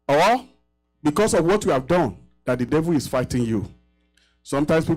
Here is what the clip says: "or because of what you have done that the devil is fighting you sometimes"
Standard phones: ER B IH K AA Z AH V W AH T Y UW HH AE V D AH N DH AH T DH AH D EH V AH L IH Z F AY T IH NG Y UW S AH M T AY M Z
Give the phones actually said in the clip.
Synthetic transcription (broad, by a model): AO B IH K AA S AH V W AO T Y UW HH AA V D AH N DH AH T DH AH D EH V AH L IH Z F AY T IH NG Y UW S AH M T AY M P